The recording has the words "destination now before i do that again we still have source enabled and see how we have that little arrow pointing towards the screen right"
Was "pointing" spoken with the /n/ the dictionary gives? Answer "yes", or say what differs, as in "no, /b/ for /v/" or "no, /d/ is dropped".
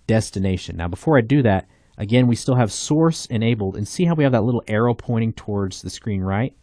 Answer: no, /n/ is dropped